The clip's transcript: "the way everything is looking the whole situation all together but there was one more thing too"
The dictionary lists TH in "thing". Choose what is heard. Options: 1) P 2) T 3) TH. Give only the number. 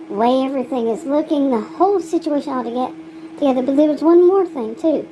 3